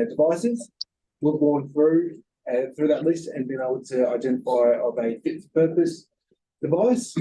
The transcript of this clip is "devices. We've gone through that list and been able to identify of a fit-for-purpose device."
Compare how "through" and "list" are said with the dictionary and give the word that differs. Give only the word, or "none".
none